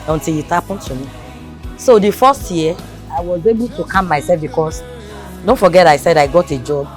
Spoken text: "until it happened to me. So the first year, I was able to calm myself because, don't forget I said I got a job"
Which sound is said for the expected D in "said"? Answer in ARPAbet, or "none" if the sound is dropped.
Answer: D